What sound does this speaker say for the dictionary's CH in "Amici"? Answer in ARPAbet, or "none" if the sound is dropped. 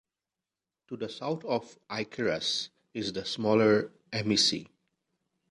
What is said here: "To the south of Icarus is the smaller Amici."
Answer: S